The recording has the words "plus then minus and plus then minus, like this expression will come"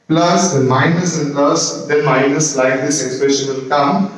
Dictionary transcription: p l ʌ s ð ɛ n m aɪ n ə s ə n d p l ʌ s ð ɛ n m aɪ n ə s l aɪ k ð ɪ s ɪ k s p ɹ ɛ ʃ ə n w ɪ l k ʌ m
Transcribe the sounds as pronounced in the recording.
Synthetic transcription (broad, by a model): p l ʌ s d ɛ m aɪ n ə s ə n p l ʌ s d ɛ m aɪ n ə s l aɪ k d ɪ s ɪ k s p ɹ ɛ ʃ ə n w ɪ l k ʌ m